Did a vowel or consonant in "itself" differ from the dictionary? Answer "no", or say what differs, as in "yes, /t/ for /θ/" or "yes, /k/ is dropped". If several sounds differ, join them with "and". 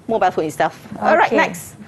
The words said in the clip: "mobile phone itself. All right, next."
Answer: yes, /l/ is dropped